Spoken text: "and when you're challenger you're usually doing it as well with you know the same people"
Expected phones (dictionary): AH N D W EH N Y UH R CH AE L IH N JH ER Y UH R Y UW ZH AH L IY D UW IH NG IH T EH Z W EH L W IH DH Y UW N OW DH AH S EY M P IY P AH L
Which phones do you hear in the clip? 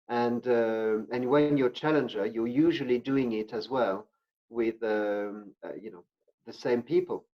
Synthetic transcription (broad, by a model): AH N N W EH N Y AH R CH AE L IH N JH ER Y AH R Y UW ZH AH L IY D UW IH NG IH T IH Z W EH L W IH DH Y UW N OW DH AH S EY M P IY P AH L